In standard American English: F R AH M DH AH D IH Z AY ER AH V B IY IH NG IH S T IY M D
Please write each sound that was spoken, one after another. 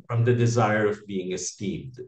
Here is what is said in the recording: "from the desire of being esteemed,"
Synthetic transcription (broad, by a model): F R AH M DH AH D IH Z AY ER AH V B IY IH NG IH S T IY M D